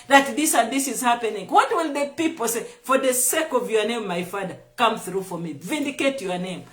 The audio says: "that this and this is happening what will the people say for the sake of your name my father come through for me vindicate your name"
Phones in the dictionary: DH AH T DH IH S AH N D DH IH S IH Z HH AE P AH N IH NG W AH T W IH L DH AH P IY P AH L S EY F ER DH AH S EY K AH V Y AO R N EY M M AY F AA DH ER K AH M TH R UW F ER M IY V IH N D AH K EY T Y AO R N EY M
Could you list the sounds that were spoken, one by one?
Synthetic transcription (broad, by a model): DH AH T DH IH S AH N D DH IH S IH Z HH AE P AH N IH NG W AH T W IH L DH AH P IY P AH L S EY F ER DH AH S EY K AH V Y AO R N EY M M AY F AA DH ER K AH M TH R UW F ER M IY V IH N D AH K EY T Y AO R N EY M